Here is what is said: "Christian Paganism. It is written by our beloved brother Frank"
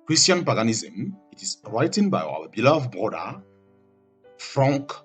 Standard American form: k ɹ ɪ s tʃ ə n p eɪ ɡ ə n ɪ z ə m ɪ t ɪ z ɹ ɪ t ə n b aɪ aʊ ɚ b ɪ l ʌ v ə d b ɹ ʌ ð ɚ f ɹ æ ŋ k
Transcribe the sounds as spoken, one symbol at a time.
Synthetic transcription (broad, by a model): k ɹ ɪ s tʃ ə n p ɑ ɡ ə n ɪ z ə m ɪ t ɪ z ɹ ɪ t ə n b aɪ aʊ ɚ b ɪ l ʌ ə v b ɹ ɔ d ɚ f ɹ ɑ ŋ k